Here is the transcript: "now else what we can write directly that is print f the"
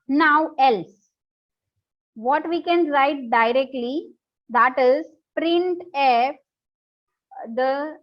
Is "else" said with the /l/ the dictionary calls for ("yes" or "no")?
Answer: yes